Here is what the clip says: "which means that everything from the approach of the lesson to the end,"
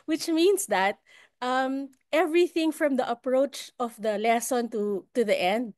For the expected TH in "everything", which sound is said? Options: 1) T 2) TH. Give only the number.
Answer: 2